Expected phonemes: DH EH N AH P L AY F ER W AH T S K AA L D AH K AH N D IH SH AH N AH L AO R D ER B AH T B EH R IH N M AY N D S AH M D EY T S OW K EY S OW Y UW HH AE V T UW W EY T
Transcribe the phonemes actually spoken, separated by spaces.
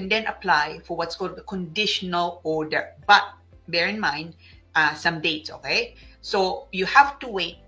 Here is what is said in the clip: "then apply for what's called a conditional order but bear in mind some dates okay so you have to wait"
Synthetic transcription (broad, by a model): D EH N AH P L AY F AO W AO T S K AA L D AH K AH N D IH SH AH N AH L AO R D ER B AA T B EH R IH N M AY N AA S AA M D EY T S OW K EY S OW Y UW HH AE F T UW W EY T